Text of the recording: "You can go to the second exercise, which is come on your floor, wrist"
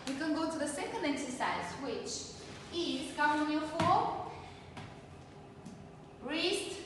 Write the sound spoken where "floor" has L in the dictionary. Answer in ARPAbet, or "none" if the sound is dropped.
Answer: none